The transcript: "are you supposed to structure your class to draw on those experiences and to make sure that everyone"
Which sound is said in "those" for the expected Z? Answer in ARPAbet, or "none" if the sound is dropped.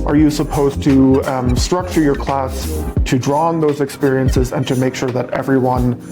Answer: Z